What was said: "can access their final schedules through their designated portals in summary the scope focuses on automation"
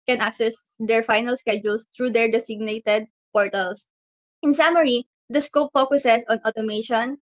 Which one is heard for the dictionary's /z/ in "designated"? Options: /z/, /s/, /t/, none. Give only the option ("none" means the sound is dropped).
/s/